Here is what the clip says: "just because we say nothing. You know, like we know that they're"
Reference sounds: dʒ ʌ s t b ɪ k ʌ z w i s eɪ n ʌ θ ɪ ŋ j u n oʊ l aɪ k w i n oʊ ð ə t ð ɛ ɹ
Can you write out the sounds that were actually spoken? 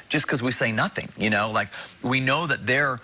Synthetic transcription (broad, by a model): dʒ ʌ s k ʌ z w i s eɪ n ʌ θ ɪ ŋ j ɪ n oʊ l aɪ k w i n oʊ ð ə t ð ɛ ɹ